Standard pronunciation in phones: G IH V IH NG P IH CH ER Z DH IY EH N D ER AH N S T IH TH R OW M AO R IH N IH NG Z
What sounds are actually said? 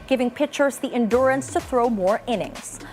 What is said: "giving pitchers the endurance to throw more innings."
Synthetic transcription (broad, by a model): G IH V IH NG P IH CH ER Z DH IY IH N D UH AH N S T IH TH R OW M AO R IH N IH NG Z